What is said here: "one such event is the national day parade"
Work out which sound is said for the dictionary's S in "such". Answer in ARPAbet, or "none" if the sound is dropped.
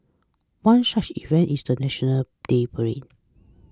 SH